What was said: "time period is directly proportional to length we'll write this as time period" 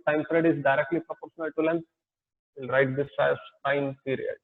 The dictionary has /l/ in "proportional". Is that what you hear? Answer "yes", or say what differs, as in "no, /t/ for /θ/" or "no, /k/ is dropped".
yes